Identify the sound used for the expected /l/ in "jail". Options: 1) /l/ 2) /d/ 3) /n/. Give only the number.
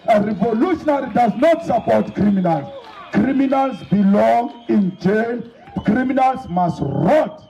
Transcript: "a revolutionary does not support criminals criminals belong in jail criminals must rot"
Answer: 3